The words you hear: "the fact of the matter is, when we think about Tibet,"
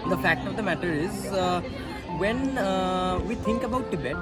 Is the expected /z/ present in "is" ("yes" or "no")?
yes